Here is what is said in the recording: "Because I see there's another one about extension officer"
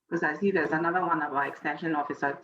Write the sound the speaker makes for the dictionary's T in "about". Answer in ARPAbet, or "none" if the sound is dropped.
none